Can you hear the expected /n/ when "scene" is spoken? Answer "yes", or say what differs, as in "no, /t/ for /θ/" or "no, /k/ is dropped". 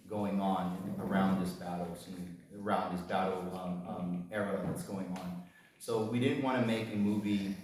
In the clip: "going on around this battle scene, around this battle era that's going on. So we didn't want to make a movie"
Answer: no, /n/ is dropped